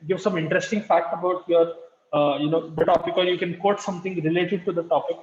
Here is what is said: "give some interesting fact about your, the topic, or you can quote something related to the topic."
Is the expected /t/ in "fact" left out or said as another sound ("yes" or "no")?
no